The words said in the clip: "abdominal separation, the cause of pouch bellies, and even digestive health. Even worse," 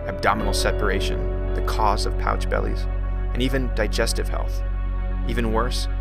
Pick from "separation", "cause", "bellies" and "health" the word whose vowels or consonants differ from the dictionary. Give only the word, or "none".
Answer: none